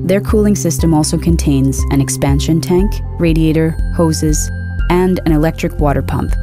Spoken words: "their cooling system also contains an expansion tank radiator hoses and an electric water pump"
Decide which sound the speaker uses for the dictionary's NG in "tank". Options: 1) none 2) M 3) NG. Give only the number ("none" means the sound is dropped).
3